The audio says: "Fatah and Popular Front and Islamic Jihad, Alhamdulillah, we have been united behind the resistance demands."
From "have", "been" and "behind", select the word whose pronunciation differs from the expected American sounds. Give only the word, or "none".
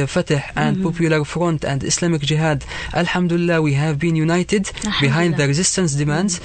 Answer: none